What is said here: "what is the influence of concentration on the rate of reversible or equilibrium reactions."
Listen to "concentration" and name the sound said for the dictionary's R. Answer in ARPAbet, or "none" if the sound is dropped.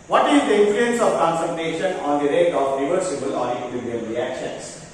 none